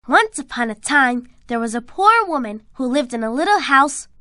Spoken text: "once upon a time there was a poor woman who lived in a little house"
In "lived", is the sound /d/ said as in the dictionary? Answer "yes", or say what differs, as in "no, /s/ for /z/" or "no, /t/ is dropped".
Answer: yes